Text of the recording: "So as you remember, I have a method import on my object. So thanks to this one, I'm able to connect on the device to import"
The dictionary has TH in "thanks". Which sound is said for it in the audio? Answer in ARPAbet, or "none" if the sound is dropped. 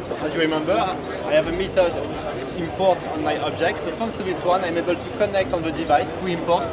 F